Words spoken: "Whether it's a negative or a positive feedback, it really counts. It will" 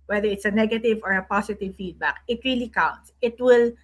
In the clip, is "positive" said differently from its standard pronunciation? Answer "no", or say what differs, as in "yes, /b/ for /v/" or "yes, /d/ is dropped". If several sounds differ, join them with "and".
yes, /s/ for /z/